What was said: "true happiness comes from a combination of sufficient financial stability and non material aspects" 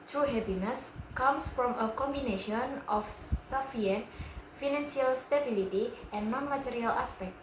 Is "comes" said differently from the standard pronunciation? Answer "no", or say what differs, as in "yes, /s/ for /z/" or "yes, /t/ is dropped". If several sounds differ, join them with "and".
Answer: yes, /s/ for /z/